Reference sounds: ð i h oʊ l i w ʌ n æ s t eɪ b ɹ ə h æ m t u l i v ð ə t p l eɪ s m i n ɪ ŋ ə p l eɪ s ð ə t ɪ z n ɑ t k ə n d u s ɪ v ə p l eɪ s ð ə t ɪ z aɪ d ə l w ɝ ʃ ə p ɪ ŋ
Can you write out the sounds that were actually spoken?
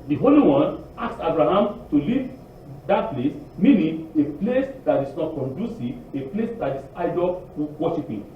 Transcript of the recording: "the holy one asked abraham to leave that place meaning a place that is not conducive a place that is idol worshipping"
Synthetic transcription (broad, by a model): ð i h oʊ l i w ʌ n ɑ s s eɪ b ɹ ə h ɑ m t u l i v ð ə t p l eɪ s m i n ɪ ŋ ə p l eɪ s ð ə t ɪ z n ɑ t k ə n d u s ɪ ə p l eɪ s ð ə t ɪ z aɪ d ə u w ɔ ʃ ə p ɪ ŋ